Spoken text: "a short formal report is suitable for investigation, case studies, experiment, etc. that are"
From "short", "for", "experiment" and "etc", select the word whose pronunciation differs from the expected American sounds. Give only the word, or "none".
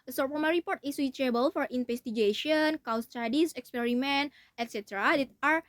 short